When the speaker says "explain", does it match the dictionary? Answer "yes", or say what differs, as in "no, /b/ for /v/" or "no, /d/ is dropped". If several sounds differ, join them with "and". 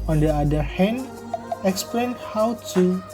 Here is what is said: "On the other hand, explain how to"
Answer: yes